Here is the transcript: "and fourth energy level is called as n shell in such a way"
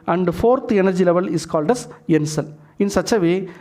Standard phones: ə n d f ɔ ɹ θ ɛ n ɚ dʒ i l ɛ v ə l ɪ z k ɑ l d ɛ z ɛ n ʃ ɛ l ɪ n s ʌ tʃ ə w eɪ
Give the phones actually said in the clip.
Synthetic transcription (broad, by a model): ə n d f ɔ ɹ t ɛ n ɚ dʒ i l ɛ v ə l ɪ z k ɑ l d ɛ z ɛ n s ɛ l ɪ n s ʌ tʃ ə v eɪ